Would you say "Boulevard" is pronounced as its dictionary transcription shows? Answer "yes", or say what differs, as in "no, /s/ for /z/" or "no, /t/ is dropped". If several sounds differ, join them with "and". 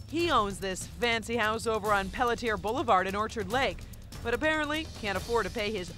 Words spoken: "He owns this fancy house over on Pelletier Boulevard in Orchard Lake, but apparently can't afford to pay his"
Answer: yes